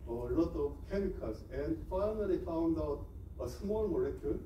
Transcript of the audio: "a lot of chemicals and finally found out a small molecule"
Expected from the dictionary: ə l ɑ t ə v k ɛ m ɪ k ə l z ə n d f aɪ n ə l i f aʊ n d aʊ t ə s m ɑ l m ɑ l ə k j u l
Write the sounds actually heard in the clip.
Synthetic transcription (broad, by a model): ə l ɑ t ə v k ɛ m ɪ k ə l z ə n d f aɪ n ə l i f aʊ n d aʊ t ə s m ɑ l m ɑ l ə k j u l